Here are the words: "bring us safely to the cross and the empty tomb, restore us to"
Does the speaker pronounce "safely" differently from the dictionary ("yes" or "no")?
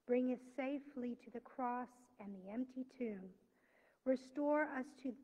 no